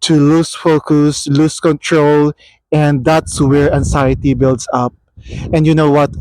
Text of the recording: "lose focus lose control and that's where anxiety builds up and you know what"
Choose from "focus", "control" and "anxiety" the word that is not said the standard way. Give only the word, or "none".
anxiety